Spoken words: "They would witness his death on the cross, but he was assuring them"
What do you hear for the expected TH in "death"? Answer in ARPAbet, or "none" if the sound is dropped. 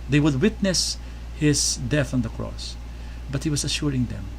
TH